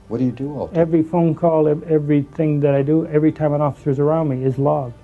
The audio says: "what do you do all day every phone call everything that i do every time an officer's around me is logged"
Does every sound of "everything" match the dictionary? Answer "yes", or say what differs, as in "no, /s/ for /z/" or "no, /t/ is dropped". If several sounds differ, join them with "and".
yes